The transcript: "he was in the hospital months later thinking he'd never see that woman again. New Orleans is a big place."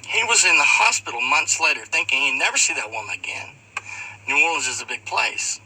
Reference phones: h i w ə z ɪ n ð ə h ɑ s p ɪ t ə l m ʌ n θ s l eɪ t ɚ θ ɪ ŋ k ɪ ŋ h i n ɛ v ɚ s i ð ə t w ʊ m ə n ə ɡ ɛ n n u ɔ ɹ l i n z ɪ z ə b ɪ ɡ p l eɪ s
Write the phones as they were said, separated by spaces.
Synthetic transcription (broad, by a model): h i w ə z ɪ n ð ə h ɑ s p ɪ t l m ʌ n θ s l eɪ t ɚ θ ɪ ŋ k ɪ ŋ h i n ɛ v ɚ s i ð ə t w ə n ə ɡ ɛ n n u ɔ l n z ɪ z ə b ɪ ɡ p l eɪ s